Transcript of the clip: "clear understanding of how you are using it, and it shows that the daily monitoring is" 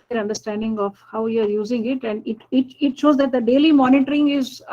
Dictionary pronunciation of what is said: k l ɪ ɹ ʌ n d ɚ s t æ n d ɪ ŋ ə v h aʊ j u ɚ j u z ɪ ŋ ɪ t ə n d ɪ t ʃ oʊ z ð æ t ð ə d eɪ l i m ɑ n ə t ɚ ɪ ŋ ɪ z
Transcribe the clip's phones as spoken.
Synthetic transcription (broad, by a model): ɹ ʌ n d ɚ s t æ n d ɪ ŋ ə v h aʊ j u ɚ j u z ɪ ŋ ɪ t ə n d ɪ t ʃ oʊ z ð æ t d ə d eɪ l i m ɑ n ə t ɚ ɪ ŋ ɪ z